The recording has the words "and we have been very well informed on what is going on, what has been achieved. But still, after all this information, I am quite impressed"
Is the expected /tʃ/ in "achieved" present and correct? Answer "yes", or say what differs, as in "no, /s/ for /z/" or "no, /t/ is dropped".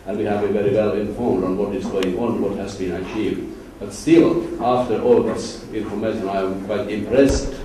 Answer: yes